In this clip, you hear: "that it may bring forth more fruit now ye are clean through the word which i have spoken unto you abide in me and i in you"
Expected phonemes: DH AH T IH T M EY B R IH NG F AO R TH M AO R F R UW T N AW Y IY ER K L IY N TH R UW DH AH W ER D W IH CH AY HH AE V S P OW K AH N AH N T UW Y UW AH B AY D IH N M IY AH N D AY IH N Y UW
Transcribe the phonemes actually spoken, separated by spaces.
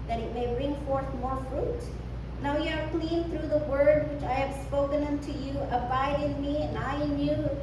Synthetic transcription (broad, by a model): DH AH T IH T M EY B R IH NG F AO R TH M AO R F R UW T N AW Y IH ER K L IY N TH R UW DH AH W ER D W IH CH AY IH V S P OW K AH N AH N T UW Y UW AH B AY D IH N M IY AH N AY IH N Y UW